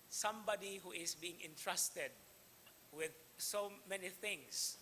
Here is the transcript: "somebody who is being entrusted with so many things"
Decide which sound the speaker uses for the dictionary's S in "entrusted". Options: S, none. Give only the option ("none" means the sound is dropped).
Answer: S